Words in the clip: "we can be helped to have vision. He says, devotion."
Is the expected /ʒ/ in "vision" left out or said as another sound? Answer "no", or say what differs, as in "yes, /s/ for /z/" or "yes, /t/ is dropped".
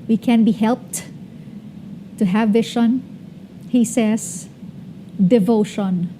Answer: yes, /ʃ/ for /ʒ/